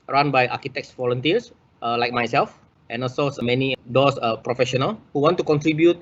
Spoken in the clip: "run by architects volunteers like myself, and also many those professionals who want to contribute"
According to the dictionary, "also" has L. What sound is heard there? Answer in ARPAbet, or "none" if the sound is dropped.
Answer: none